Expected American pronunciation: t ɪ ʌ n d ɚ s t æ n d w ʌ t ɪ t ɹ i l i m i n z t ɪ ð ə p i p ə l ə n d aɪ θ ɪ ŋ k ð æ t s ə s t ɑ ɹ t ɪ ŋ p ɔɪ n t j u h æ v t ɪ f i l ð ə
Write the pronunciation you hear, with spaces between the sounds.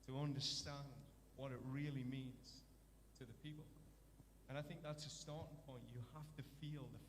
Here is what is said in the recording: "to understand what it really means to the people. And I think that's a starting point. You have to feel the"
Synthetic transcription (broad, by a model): t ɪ ʌ n d ɚ s t æ n d w ʌ t ɪ t ɹ i l i m i n z t ɪ ð ə p i p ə l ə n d aɪ θ ɪ ŋ k ð æ t s ə s t ɑ ɹ t ɪ ŋ p ɔɪ n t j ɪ h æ f t ɪ f i l ð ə